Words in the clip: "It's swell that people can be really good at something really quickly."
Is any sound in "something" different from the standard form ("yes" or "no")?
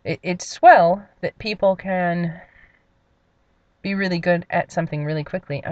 no